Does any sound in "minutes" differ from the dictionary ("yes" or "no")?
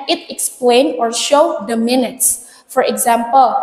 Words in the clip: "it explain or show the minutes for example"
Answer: no